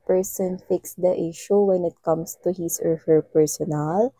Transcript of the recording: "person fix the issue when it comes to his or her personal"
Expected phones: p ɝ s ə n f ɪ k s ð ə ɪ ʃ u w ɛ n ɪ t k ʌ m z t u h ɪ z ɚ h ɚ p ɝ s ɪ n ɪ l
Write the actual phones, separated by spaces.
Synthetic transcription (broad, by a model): p ɝ s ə n f ɪ k s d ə ɪ ʃ u w ɛ n ɪ t k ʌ m s t u h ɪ s ɚ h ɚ p ɝ s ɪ n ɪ l